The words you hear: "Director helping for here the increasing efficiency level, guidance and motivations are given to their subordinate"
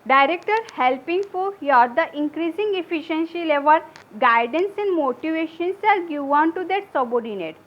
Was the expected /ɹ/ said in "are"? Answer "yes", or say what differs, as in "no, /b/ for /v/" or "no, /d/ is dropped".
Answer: no, /l/ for /ɹ/